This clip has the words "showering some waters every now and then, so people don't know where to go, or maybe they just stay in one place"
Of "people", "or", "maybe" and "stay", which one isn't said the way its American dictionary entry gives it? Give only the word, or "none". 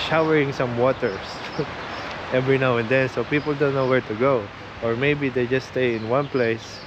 none